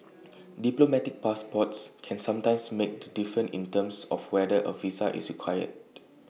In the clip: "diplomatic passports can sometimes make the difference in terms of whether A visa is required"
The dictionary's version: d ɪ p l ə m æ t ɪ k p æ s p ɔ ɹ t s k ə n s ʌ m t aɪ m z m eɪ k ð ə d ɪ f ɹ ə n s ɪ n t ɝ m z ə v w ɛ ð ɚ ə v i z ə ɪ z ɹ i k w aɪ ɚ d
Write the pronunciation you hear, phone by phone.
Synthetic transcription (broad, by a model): d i p l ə m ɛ t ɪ k p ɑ s p ɔ t s k ə n s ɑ m t aɪ m s m eɪ k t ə d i f ɹ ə n ɪ n t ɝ m s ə f w ɛ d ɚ ə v i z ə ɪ s ɹ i k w aɪ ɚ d